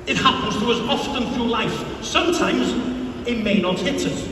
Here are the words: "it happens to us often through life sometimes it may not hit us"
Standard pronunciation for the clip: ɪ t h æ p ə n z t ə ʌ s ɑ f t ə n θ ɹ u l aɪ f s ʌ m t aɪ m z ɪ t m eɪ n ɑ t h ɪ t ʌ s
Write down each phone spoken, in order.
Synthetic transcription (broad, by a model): ɪ t h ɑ p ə n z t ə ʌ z ɑ f t ə n θ ɹ u l aɪ f s ʌ m t aɪ m z ɪ t m eɪ n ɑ t h ɪ t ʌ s